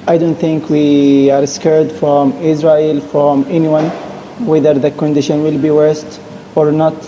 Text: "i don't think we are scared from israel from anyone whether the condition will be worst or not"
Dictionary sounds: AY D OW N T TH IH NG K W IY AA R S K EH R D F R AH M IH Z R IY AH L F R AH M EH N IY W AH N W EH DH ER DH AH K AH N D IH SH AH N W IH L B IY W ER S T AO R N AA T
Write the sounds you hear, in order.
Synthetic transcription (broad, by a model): AY D OW N T TH IH NG K W IY AA R S K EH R D F R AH M IH Z R IY AH L F R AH M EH N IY W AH N W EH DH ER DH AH K AH N D IH SH AH N W IH L B IY W ER S T AO R N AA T